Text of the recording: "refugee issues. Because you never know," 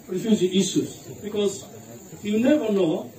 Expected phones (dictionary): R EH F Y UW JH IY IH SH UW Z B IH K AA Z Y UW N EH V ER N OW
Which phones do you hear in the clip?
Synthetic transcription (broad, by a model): R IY F Y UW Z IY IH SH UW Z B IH K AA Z Y UW N EH V ER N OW